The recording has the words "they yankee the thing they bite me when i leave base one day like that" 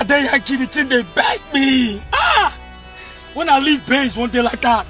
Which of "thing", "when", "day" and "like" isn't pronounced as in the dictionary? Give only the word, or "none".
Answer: thing